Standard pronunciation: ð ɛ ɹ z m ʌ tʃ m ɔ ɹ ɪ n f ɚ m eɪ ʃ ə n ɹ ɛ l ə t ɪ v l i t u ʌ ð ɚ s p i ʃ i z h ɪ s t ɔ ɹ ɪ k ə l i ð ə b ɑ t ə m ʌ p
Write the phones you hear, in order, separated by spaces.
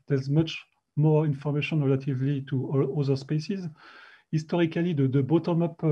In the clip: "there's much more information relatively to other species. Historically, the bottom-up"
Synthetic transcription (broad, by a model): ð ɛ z m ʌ tʃ m ɔ ɹ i n f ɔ m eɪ ʃ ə n ɹ ɛ l ə t ɪ v l i t u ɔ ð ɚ s p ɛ s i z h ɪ s t ɔ ɹ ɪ k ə l i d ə b ɑ t ə m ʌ p